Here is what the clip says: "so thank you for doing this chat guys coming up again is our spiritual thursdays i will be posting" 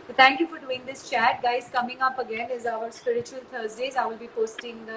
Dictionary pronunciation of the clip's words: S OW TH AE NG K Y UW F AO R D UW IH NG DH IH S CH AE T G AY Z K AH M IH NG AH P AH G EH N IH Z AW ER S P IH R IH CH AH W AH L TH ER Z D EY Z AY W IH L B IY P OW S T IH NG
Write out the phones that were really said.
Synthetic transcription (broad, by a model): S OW T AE NG K Y UW F AO R D UW IH NG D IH S CH AE T G AY Z K AH M IH NG AH P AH G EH N IH Z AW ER S P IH R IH CH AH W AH L T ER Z D EY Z AY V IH L B IY P OW S T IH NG